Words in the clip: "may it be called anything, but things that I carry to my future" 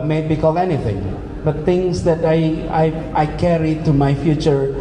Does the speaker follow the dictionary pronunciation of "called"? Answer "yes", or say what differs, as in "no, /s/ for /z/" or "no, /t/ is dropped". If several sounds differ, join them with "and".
no, /d/ is dropped